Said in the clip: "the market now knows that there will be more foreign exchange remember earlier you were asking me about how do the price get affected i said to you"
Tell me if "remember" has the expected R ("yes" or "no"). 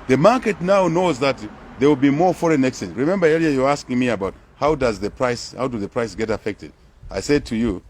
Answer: yes